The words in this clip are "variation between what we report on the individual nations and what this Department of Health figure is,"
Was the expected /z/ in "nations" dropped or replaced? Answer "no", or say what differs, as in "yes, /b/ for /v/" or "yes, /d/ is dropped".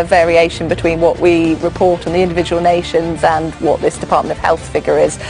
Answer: no